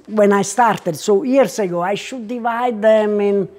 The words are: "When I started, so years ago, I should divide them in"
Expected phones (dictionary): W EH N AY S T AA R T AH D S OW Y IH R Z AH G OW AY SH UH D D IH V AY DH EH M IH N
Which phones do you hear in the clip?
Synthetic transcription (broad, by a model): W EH N AY S T AA R T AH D S OW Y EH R S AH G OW AY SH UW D D IH V AY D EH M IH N